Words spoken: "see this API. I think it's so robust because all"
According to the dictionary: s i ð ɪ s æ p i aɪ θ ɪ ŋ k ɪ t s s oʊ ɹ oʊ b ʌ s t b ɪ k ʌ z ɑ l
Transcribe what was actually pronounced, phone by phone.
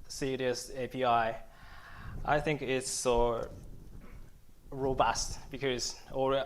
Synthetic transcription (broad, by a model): s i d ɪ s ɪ p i aɪ θ ɪ ŋ k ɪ t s s oʊ ɹ oʊ b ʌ s t b ɪ k ʌ z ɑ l